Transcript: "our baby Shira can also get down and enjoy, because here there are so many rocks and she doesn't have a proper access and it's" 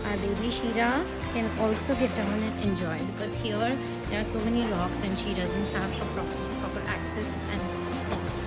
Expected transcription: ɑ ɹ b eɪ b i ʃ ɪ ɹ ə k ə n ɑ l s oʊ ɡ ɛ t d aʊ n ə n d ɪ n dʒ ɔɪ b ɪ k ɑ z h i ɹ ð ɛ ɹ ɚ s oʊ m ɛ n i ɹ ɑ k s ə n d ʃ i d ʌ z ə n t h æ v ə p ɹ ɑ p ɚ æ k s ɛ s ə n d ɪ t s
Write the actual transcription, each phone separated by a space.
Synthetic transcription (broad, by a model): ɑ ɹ b eɪ b i ʃ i ɹ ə k ə n ɑ l s oʊ ɡ ɛ t d aʊ n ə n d ɪ n dʒ ɔɪ b ɪ k ɑ z h i ɹ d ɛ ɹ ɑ s oʊ m ɛ n i l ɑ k s ə n d ʃ i d ʌ z ə n t h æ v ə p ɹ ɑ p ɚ æ k s ɛ s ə n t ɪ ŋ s